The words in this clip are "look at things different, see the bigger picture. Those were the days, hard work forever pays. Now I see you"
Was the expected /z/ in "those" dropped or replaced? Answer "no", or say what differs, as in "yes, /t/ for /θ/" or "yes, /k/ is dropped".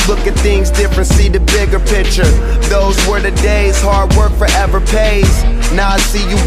no